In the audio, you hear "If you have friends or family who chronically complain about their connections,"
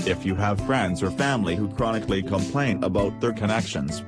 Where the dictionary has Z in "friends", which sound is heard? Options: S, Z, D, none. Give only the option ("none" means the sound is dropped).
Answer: Z